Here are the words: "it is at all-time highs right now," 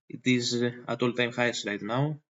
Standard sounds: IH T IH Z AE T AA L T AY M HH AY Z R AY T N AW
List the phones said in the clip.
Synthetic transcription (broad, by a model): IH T IH Z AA T AA L T AY M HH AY S R AY T N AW